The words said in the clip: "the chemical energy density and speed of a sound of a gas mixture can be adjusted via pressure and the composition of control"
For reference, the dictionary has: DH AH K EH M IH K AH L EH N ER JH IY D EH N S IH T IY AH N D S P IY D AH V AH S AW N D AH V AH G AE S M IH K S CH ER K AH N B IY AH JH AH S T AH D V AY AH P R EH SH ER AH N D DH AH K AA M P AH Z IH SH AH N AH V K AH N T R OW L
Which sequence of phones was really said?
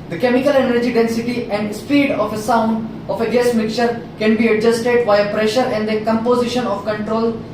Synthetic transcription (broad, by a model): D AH K EH M IH K AH L EH N ER JH IY D EH N S IH T IY AH N D S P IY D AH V AH S AW N D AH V AH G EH S M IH K CH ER K AH N B IY AH JH AH S T AH D V AY AH P R EH SH ER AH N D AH K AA M P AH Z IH SH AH N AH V K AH N T R OW L